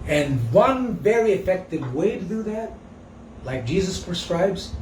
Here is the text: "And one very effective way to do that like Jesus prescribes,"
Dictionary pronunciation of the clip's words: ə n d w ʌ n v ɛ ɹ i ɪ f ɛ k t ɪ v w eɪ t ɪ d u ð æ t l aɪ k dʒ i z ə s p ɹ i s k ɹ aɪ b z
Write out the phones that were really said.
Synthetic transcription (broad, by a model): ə n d w ʌ n v ɛ ɹ i ɪ f ɛ k t ɪ v w eɪ t ɪ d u ð æ t l aɪ k dʒ i z ə s p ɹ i s k ɹ aɪ b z